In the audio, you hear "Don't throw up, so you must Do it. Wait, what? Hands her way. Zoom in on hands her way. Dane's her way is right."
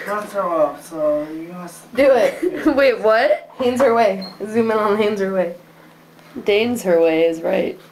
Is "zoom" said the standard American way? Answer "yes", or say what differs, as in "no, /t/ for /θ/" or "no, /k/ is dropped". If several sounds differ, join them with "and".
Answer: yes